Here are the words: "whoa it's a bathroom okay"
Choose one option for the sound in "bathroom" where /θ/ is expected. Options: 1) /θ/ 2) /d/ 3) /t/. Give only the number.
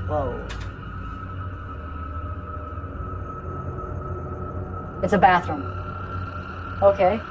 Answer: 1